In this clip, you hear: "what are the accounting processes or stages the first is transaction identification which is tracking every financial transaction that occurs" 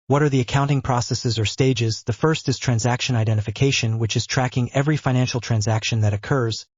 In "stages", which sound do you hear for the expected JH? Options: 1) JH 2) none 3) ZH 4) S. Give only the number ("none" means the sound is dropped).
1